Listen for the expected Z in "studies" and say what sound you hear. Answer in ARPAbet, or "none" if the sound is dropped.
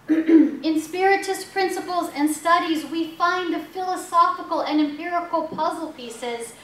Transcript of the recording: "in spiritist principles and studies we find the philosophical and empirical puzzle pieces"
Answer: Z